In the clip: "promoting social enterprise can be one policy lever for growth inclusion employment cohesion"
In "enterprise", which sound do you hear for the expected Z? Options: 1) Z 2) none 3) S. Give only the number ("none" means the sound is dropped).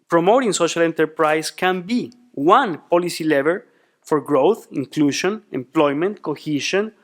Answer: 3